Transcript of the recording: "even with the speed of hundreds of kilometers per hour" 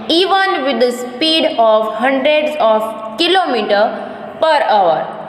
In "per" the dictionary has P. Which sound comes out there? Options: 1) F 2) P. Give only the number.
2